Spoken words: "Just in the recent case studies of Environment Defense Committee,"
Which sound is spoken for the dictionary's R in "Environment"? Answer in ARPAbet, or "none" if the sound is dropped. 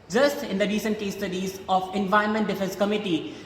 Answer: none